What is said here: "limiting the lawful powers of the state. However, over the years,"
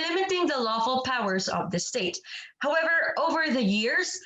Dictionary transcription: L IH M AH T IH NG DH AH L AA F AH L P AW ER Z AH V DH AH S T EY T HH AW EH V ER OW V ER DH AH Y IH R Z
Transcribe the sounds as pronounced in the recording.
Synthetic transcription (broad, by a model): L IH M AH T IH NG DH AH L AA F AH L P AW ER Z AH V DH AH S T EY T HH AW EH V ER OW V ER DH AH Y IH R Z